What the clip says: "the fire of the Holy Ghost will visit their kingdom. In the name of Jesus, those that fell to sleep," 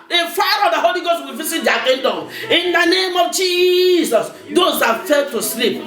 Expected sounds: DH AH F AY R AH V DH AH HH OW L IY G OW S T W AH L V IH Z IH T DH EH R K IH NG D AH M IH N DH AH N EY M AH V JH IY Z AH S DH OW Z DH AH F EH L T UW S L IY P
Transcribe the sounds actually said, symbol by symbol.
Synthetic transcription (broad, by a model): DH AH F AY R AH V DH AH HH OW L IY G OW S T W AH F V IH S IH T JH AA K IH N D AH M IH N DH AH N EY M AH V JH IY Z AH S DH OW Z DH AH F EH L T UW S L IY P